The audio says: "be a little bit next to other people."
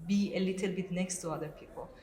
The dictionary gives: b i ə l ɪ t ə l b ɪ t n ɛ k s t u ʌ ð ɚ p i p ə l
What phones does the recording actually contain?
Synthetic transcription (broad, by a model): b i ə l ɪ t ə l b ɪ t n ɛ k s t u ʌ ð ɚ p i p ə l